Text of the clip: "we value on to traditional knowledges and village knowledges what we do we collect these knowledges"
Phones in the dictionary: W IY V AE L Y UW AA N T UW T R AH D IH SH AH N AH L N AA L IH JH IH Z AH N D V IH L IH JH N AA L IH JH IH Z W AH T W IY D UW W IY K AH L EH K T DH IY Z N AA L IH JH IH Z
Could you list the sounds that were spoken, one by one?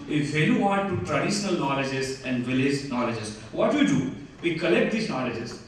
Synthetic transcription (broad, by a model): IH F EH Y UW AA N T UW T R AH D IH SH AH N AH L N AA L IH JH IH Z AH N D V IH L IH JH N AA L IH JH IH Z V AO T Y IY D UW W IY K AH L EH K T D IY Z N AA L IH JH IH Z